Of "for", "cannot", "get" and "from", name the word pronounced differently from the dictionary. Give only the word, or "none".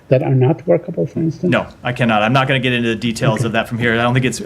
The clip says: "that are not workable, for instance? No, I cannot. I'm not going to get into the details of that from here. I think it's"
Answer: none